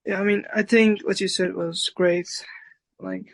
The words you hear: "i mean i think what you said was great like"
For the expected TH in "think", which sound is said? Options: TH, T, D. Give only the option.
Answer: TH